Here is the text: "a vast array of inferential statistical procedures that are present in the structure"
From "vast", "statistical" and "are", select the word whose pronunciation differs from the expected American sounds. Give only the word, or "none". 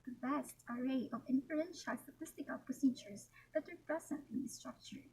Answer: vast